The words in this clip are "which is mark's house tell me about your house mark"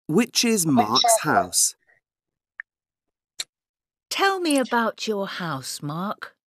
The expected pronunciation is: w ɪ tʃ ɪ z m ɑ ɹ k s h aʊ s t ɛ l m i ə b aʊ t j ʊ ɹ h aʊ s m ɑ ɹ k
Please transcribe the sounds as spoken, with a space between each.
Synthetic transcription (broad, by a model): w ɪ tʃ ɪ z m ɑ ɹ k s h aʊ s t ɛ l m i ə b aʊ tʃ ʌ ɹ h aʊ s m ɑ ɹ k